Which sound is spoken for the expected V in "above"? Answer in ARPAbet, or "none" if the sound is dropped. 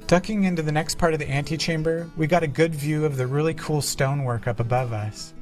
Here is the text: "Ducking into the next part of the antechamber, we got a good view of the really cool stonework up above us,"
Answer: V